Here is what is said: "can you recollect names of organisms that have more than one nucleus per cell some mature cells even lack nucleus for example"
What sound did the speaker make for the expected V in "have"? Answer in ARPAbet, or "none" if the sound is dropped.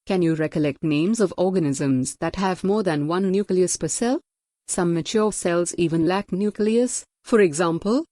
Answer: V